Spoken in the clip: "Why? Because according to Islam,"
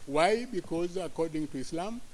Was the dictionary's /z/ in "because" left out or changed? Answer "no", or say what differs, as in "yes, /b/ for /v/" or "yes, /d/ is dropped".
no